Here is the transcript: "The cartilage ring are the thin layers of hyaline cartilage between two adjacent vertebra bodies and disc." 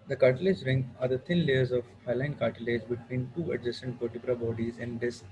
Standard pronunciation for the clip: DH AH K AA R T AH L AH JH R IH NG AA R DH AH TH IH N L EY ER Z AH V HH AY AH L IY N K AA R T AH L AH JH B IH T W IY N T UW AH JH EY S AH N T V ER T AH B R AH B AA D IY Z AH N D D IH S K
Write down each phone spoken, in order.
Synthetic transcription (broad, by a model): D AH K AA R T AH L AH JH R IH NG AA R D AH T IH N L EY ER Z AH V HH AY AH L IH N K AA R T AH L AH JH B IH T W IY N T UW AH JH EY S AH N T P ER T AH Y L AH B AA D IY Z AH N D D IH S